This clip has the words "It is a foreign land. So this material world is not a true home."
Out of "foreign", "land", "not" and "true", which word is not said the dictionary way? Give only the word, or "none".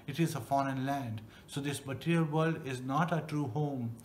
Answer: none